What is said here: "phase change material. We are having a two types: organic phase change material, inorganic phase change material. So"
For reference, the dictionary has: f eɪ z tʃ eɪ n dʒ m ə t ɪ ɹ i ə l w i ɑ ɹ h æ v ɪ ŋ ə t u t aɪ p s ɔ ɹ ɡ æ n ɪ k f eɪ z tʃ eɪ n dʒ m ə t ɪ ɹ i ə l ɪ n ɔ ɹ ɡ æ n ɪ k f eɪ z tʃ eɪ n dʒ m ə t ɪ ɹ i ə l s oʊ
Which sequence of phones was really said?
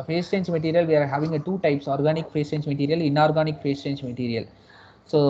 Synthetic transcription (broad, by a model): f eɪ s tʃ eɪ n dʒ m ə t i ɹ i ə l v i ɑ ɹ h æ v ɪ ŋ ə t u t aɪ p s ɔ ɹ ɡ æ n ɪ k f eɪ s tʃ eɪ n dʒ m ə t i ɹ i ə l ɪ n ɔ ɹ ɡ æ n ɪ k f eɪ s tʃ eɪ n dʒ m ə t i ɹ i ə l s oʊ